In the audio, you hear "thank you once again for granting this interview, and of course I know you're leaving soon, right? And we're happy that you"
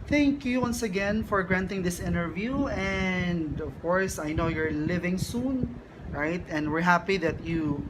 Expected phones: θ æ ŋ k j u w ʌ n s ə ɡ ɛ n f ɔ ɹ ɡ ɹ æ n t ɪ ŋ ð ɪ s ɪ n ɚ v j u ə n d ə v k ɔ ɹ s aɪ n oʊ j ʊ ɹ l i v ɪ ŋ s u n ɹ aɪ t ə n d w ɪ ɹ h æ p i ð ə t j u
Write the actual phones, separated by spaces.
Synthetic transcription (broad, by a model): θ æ ŋ k j u w ʌ n s ə ɡ ɛ n f ɔ ɹ ɡ ɹ æ n t ɪ ŋ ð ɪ s ɪ n ɚ v j u ə n d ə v k ɔ ɹ s aɪ n oʊ j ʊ ɹ l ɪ v ɪ ŋ s u n ɹ aɪ t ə n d w ɪ ɹ h æ p i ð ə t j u